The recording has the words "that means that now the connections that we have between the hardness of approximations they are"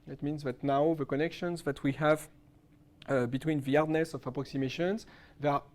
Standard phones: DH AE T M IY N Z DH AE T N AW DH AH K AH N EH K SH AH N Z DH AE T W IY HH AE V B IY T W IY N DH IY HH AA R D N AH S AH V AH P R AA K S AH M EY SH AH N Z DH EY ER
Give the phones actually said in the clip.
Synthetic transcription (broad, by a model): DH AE T M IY N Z DH AE T N AW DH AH K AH N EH K SH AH N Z DH AE T W IY HH AE V B IY T W IY N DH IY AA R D N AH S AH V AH P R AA K S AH M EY SH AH N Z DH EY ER